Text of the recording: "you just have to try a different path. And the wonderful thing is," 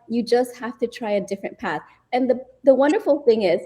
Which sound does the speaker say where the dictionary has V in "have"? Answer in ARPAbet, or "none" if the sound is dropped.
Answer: F